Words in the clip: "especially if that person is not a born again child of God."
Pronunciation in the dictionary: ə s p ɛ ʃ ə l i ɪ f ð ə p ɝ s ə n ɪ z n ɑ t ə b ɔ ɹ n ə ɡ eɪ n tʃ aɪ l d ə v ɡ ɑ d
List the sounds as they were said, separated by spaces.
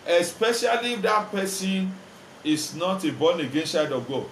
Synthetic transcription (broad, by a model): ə s p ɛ ʃ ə l i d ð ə p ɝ s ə n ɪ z n ɑ t ə b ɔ n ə ɡ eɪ n ʃ aɪ d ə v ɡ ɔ